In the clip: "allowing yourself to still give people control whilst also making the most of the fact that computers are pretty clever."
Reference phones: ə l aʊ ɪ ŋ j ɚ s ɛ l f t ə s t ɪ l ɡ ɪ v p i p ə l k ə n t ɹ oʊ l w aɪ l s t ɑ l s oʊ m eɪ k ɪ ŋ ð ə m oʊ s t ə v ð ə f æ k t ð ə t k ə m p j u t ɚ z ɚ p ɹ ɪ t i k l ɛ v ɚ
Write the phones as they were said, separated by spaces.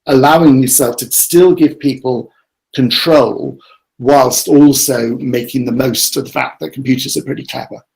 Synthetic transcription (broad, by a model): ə l aʊ ɪ ŋ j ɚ s ɛ l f t ə s t ɪ l ɡ ɪ v p i p ə l k ə n t ɹ oʊ l w aɪ l s t ɑ l s oʊ m eɪ k ɪ ŋ ð ə m oʊ s t ə v ð ə f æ k ð ə t k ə m p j u t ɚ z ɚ p ɹ ɪ t i k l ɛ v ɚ